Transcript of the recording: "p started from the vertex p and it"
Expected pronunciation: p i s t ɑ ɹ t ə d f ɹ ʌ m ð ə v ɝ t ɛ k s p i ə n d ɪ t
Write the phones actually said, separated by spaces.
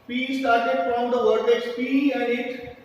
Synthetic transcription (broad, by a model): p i s t ɑ ɹ t ə d f ɹ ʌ m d ə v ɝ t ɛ s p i ə n d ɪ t